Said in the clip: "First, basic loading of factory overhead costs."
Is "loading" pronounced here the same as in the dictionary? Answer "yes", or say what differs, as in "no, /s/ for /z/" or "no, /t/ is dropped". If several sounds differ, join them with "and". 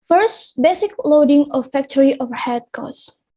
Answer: yes